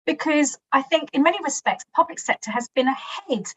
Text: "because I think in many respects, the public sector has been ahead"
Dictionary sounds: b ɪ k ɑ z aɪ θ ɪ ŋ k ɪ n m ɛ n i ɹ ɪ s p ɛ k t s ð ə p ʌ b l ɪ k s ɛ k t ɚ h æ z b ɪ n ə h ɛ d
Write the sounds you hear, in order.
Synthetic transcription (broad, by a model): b ɪ k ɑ z aɪ θ ɪ ŋ k ɪ n m ɛ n i ɹ ɪ s p ɛ k t s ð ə p ʌ b l ɪ k s ɛ k t ɚ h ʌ z b ɪ n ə h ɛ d